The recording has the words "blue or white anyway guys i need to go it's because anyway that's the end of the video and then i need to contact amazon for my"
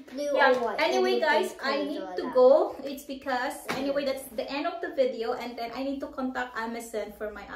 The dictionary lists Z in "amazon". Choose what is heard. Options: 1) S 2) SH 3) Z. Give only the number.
1